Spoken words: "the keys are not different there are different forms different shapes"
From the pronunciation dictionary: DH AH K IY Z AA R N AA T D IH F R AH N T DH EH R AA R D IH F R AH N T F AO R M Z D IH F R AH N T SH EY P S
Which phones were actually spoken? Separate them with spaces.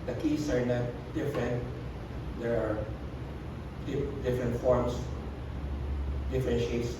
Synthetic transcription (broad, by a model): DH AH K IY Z AA R N AA T D IH F R AH N T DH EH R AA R D IH F R AH N T F AO R M S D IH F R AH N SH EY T S